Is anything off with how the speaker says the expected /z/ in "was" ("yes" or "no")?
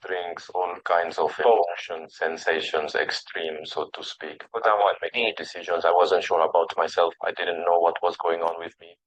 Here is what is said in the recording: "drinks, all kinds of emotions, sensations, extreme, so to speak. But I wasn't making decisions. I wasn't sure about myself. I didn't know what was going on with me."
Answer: no